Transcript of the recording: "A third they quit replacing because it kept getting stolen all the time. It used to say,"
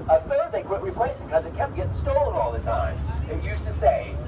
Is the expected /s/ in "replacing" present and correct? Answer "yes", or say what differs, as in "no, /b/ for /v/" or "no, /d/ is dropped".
no, /s/ is dropped